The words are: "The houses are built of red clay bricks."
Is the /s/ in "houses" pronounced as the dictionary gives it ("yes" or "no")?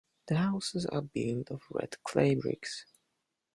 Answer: yes